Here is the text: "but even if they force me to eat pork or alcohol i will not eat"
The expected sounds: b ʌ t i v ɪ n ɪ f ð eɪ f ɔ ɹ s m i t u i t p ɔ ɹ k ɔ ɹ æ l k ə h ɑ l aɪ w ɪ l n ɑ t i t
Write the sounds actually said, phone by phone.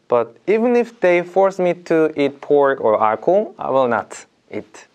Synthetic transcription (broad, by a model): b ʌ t i v ɪ n ɪ f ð eɪ f ɔ ɹ s m i t u i t p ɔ ɹ ɔ ɹ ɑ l k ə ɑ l aɪ w ɪ l n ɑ t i t